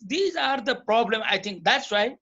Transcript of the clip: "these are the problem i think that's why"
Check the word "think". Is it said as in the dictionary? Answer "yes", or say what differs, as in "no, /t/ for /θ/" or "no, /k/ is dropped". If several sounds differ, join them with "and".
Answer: no, /t/ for /θ/